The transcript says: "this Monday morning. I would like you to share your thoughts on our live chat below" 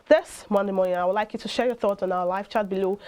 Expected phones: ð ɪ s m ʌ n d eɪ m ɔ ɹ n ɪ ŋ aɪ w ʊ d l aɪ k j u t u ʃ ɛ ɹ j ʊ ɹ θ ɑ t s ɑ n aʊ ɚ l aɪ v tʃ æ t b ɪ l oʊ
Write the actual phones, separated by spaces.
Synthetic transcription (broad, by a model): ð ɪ s m ʌ n d eɪ m ɔ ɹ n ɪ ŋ aɪ w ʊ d l aɪ k j u t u ʃ ɛ ɹ j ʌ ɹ θ ɑ t s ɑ n aʊ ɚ l aɪ f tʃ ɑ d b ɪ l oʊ